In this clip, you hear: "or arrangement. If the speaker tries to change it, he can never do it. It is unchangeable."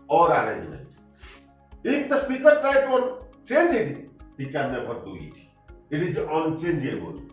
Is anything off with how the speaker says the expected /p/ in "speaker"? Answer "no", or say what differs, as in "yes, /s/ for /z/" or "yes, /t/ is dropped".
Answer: no